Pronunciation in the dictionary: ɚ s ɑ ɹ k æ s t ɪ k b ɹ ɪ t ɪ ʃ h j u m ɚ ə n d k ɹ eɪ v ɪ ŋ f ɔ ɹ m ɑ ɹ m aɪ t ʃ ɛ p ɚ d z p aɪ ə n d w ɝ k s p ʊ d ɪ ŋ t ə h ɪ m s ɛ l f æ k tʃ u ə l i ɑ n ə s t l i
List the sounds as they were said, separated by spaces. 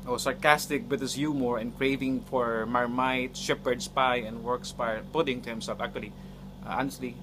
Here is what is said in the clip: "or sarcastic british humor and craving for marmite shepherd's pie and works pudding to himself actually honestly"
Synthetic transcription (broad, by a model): s ɑ ɹ k æ s t ɪ k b ɪ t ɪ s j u m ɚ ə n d k ɹ eɪ v ɪ ŋ f ɔ ɹ m ɑ ɹ m aɪ t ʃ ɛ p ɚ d s p aɪ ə n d w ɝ k s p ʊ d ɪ ŋ t ə h ɪ m s ɛ l f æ k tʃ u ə l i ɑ n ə s t l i